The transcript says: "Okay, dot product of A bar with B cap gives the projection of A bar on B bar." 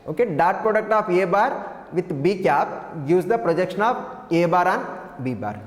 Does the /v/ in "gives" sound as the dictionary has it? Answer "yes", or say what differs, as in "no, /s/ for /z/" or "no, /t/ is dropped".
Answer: no, /v/ is dropped